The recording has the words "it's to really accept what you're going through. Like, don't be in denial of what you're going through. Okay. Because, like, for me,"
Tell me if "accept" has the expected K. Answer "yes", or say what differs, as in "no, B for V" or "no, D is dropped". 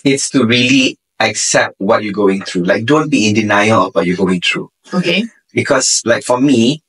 yes